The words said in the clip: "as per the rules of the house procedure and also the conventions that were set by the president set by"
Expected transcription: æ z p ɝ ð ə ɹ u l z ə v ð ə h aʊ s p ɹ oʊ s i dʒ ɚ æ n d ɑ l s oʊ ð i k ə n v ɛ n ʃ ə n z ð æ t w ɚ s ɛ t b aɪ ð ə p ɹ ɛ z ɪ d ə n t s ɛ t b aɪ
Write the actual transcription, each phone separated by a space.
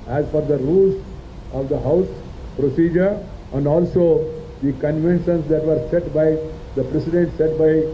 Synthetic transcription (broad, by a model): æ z f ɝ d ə ɹ u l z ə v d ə h aʊ s p ɹ oʊ s i dʒ ɚ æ n d ɑ l s oʊ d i k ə n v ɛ n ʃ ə n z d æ t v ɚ s ɛ t b aɪ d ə p ɹ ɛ s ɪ d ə n t s ɛ t b aɪ